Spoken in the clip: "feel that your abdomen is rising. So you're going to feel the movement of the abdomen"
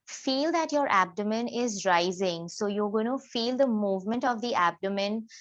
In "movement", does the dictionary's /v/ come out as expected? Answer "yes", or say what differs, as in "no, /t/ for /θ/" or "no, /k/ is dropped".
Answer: yes